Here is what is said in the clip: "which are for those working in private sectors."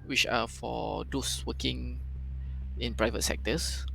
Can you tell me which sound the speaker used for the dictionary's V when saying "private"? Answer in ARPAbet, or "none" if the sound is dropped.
V